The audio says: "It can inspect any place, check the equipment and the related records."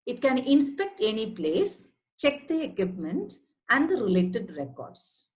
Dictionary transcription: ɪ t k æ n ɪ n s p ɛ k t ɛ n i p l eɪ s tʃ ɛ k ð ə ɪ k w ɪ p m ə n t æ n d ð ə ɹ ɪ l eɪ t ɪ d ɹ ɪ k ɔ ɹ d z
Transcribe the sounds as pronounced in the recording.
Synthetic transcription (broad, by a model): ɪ t k æ n ɪ n s p ɛ k t ɛ n i p l eɪ s tʃ ɛ k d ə ɪ k w ɪ p m ə n t æ n d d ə ɹ ɪ l eɪ t ɪ d ɹ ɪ k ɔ ɹ d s